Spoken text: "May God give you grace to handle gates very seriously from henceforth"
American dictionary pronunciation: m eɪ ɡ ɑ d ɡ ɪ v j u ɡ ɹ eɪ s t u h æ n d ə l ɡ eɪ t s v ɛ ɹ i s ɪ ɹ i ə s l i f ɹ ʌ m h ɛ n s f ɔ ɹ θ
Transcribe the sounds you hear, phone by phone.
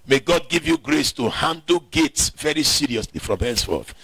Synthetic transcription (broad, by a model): m eɪ ɡ ɑ d ɡ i v j u ɡ ɹ eɪ s t u h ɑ n d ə l ɡ eɪ t s v ɛ ɹ i s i ɹ i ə s l i f ɹ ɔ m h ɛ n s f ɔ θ